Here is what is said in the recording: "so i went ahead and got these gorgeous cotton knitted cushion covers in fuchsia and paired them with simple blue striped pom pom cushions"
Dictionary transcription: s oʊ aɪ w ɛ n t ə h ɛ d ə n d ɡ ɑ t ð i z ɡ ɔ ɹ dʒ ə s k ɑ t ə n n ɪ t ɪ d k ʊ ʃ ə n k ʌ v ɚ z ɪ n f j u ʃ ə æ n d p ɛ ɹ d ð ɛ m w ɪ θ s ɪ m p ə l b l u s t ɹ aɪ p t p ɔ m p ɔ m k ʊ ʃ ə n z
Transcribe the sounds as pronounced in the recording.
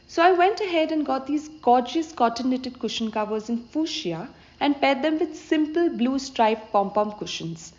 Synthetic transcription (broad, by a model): s oʊ aɪ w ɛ n t ə h ɛ d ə n ɡ ɑ t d i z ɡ ɔ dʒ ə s k ɑ t ə n l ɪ t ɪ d k ʊ ʃ ə n k ʌ v ɚ z ɪ n f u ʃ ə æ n d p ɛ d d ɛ m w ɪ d s ɪ m p ə l b l u s t ɹ aɪ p p ɔ m p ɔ m k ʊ ʃ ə n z